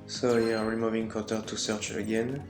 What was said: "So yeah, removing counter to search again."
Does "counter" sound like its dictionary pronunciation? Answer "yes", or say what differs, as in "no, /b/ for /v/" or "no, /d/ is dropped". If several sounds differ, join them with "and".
no, /n/ is dropped